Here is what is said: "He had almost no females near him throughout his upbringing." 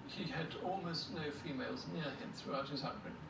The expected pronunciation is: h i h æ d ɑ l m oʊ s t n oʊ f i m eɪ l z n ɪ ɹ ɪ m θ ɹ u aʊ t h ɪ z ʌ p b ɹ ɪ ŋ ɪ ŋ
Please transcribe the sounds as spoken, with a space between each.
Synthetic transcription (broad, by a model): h i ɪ d ɑ l m oʊ s t n oʊ f i m eɪ l z n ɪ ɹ ɪ m θ ɹ u aʊ t h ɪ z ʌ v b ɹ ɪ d